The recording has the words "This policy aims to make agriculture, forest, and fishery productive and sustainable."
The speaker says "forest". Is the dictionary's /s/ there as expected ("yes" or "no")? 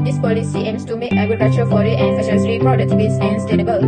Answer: no